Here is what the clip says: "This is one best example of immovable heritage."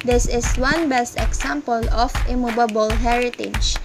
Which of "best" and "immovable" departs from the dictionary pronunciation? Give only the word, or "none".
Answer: immovable